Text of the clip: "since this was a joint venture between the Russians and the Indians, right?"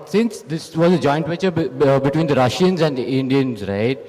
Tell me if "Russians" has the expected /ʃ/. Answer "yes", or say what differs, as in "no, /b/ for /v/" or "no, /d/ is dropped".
yes